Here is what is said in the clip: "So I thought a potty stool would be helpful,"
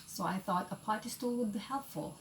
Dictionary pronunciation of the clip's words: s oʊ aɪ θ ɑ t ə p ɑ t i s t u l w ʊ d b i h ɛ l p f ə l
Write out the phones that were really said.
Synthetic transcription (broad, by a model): s oʊ aɪ θ ɑ t ə p ɑ t i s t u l w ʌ d b i h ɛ l p f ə l